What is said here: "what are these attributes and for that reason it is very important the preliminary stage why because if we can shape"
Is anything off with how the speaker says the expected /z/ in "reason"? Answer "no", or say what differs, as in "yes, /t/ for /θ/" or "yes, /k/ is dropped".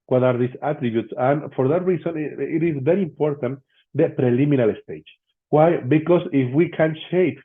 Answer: yes, /s/ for /z/